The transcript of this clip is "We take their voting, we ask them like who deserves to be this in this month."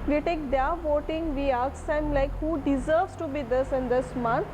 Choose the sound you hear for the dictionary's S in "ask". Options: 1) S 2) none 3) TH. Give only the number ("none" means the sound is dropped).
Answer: 2